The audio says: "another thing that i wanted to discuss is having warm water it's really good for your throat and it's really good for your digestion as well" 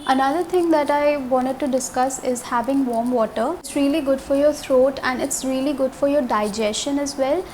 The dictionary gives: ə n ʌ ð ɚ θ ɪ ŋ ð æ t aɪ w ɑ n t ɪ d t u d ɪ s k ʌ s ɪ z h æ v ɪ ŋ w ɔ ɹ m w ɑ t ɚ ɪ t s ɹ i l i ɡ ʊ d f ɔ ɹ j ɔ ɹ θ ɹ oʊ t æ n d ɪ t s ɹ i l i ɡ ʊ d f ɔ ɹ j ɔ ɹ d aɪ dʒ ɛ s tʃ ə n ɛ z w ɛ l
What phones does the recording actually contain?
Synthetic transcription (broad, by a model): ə n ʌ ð ɚ t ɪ ŋ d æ t aɪ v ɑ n t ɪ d t u d ɪ s k ʌ s ɪ z h æ v ɪ ŋ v ɔ ɹ m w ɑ t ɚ ɪ t s ɹ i l i ɡ ʊ d f ɔ ɹ j ɔ ɹ t ɹ oʊ t æ n d ɪ t s ɹ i l i ɡ ʊ d f ɔ ɹ j ɔ ɹ d aɪ dʒ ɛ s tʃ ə n ɛ z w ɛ l